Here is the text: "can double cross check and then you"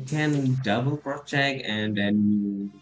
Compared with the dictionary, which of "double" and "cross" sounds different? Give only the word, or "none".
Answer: cross